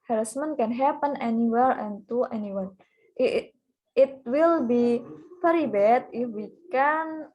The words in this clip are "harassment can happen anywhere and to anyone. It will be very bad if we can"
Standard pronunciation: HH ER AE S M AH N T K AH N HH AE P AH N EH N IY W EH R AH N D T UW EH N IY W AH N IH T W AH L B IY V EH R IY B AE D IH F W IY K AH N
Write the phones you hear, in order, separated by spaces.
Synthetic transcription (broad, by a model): HH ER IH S M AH N K AH N HH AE P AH N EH N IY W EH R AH N T UW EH N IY W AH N IH T W AH L B IY P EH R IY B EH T IH F W IY K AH N